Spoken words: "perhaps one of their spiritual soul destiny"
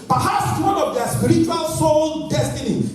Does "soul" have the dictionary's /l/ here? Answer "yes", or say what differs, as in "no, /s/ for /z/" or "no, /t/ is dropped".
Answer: no, /n/ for /l/